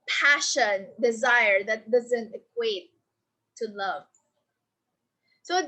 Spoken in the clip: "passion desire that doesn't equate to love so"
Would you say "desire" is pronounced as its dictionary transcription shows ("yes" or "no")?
yes